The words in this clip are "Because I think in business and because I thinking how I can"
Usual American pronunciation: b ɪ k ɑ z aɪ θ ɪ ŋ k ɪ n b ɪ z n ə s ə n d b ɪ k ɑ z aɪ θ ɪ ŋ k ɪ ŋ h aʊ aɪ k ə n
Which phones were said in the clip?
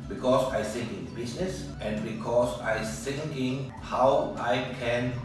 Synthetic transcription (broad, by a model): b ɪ k ɑ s aɪ s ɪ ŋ ɪ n b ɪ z n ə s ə n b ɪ k ɑ s aɪ s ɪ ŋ ɪ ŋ h aʊ aɪ k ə n